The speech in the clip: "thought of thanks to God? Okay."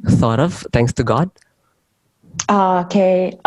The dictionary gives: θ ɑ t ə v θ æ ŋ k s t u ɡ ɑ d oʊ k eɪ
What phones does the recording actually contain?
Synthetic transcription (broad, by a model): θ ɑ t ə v t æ ŋ k s t u ɡ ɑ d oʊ k eɪ